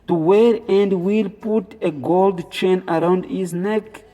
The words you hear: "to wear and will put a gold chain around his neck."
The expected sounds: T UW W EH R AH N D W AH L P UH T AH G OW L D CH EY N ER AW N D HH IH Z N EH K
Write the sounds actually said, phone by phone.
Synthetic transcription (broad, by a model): T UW W EH R AH N D W AH L P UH T AH G OW L D CH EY N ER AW N D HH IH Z N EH K